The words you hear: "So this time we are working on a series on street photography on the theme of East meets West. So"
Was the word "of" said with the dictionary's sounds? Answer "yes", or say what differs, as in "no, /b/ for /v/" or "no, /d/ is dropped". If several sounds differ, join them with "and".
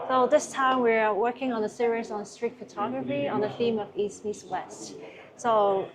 yes